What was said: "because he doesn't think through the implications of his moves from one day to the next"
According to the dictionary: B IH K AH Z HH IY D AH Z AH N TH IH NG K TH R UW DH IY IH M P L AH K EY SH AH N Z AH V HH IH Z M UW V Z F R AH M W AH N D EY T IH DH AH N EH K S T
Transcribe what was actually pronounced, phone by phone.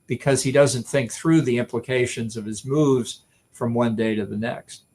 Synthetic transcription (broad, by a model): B IH K AH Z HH IY D AH Z AH N TH IH NG K TH R UW DH IY IH M P L AH K EY SH AH N Z AH V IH Z M UW V Z F R AH M W AH N D EY T IH DH AH N EH K S T